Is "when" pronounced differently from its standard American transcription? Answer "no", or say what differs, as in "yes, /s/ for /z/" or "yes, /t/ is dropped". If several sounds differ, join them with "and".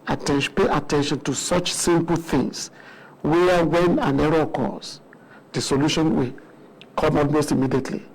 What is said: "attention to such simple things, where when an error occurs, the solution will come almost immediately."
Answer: no